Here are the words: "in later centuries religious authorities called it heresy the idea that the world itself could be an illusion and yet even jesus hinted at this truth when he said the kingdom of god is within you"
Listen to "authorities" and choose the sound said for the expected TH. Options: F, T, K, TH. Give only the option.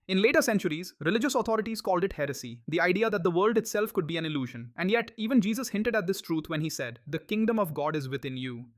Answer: T